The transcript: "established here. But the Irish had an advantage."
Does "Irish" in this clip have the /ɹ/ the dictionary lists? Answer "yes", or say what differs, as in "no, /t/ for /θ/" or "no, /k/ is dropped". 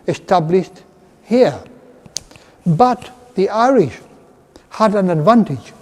yes